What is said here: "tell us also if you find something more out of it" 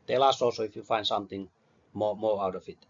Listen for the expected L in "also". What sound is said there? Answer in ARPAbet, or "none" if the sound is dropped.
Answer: none